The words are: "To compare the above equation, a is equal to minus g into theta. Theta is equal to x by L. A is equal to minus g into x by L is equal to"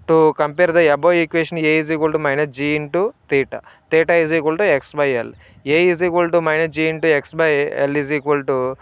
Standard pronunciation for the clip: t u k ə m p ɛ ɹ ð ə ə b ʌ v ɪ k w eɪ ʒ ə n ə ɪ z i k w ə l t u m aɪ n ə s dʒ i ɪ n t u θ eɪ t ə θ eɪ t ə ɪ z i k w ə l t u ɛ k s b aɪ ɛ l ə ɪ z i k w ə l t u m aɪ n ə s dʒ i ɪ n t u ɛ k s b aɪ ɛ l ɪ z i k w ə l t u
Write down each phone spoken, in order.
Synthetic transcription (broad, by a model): t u k ə m p ɛ ɹ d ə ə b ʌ ɪ k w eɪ ʃ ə n ə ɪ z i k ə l t u m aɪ n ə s dʒ i ɪ n t u t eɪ t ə t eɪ t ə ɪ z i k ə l t u ɛ k s b aɪ ɛ l ə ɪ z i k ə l t u m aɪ n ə dʒ i ɪ n t u ɛ k s b aɪ ɛ l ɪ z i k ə l t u